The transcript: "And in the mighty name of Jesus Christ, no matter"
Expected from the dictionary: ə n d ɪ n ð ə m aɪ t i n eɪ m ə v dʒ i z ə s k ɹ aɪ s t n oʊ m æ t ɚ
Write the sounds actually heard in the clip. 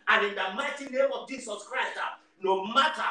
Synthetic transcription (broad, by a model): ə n ɪ n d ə m aɪ t i n eɪ m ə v dʒ i s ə s k ɹ aɪ s t n oʊ m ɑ t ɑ